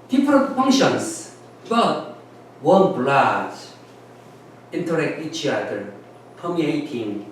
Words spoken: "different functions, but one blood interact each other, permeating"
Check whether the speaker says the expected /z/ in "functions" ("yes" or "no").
no